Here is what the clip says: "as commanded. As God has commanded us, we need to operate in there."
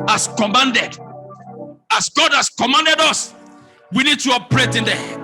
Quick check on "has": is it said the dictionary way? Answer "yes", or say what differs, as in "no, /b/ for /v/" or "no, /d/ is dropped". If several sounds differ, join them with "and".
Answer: no, /s/ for /z/